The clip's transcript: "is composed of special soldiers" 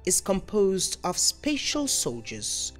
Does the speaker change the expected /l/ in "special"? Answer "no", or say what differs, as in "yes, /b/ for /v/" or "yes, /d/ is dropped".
no